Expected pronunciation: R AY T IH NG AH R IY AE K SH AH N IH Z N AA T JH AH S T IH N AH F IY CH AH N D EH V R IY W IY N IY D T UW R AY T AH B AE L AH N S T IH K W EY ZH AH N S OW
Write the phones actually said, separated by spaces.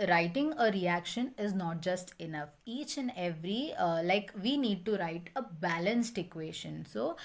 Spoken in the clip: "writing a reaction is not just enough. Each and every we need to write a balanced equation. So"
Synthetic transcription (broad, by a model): R AY T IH NG AH R IY AE K SH AH N IH Z N AA T JH AH S T IH N AH F IY CH AH N D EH V R IY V IY N IY D T UW R AY T AH B AE L AH N S T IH K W EY SH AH N S OW